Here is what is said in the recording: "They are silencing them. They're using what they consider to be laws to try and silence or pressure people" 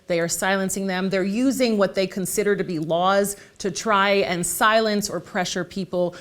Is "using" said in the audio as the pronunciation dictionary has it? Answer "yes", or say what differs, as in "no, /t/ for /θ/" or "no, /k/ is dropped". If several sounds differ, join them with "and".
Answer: yes